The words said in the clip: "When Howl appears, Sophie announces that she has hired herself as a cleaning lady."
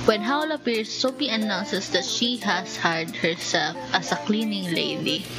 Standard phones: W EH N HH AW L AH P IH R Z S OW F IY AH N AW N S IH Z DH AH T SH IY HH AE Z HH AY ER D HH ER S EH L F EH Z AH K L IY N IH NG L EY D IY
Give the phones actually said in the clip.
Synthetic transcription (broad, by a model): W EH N HH AW L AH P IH R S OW P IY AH N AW N S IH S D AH T SH IY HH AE S HH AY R D HH ER S EH L F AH S AH K L IY N IH NG L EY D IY